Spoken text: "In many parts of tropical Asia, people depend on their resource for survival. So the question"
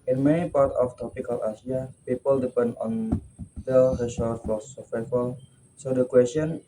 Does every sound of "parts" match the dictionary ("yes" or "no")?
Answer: no